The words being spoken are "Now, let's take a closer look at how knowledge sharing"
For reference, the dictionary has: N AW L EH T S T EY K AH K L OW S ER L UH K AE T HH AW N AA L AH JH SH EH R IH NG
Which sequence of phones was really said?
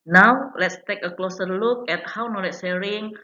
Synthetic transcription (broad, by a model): N AW L EH T S T EY K AH K L OW S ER L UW K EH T HH AW N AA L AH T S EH R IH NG